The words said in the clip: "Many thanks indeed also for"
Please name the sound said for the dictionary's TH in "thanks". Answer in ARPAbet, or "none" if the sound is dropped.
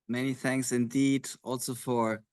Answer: TH